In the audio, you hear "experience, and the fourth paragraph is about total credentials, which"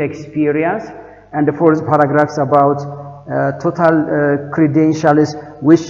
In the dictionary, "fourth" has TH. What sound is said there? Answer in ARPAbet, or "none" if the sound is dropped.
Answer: S